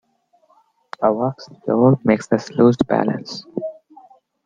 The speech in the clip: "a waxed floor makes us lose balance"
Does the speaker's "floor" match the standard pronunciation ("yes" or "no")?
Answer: no